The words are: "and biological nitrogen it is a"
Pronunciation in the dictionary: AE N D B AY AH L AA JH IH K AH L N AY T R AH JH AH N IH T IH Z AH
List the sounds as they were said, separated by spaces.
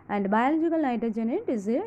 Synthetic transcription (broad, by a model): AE N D B AY AH L AA JH IH K AH L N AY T AH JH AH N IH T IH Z